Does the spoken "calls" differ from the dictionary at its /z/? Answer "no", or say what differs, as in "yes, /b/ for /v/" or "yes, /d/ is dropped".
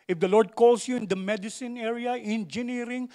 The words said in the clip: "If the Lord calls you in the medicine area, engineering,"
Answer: yes, /s/ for /z/